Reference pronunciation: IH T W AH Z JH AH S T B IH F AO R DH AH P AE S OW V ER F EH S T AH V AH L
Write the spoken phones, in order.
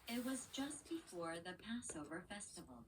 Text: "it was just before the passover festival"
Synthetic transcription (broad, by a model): IH T W AH Z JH AH S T B IH F AO R DH AH P AE S OW V ER F EH S T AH V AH L